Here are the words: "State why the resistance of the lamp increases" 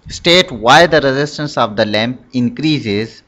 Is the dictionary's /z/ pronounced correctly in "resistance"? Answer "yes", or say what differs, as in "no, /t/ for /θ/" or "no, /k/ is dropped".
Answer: yes